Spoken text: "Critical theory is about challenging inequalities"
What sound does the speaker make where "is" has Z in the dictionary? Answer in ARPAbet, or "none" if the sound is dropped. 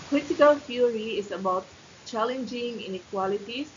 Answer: S